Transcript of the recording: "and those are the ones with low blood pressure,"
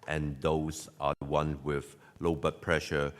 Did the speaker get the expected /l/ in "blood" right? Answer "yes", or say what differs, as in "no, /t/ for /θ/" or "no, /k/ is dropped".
no, /l/ is dropped